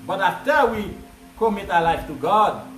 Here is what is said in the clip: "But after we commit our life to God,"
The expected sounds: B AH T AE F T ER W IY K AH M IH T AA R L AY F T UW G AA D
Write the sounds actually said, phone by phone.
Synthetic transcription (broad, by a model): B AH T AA T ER W IY K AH M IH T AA L AY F T UW G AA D